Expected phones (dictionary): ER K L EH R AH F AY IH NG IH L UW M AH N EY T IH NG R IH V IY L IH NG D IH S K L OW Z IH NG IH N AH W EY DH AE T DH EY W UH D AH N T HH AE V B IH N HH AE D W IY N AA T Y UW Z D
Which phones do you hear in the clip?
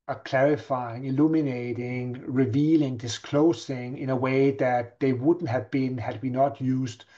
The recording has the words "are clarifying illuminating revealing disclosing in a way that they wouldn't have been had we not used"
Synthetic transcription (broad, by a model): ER K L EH R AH F AY IH NG IH L UW M AH N EY T IH NG R IH V IY L IH NG D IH S K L OW S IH NG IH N AH W EY DH AE T DH EY W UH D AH N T HH AE V B IH N HH AE D W IY N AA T Y UW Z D